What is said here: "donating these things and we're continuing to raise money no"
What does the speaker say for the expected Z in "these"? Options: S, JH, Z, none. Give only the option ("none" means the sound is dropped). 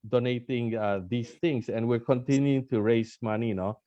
S